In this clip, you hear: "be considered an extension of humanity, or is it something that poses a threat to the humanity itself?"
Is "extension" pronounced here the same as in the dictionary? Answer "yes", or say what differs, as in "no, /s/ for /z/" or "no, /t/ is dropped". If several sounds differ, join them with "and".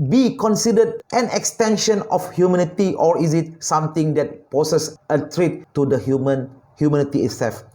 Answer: yes